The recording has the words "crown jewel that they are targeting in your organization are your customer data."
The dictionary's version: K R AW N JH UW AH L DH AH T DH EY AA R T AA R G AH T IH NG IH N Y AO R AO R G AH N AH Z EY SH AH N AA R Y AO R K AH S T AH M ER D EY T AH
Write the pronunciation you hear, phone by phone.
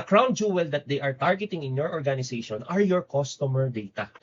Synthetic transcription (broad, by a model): K R AW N JH UW AH L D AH T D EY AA R T AA R G AH T IH NG IH N Y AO R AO R G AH N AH S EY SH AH N AA R Y AO R K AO S T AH M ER D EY T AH